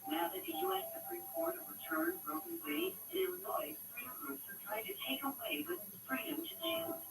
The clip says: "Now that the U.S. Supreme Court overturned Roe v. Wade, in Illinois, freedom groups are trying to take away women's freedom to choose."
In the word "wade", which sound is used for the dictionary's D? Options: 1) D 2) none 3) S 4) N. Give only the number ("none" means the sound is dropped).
2